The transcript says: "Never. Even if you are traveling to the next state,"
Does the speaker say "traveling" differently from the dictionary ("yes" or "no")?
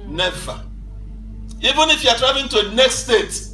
yes